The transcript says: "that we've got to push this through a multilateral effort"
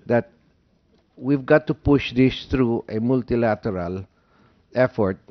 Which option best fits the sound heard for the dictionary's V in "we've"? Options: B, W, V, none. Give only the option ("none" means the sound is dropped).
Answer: V